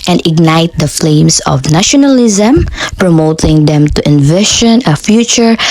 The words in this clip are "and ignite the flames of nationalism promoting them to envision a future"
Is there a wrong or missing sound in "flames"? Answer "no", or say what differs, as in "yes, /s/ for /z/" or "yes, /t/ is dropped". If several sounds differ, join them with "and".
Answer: yes, /s/ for /z/